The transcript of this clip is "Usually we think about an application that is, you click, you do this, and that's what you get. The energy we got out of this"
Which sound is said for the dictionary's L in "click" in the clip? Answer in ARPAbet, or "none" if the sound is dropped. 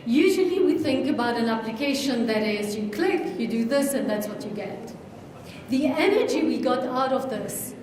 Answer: L